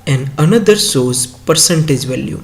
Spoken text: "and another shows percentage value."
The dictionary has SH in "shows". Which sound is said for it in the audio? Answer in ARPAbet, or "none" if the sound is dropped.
S